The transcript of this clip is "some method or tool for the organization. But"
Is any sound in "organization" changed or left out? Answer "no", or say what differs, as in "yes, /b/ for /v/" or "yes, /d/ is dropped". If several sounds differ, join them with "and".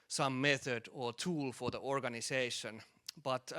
yes, /s/ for /z/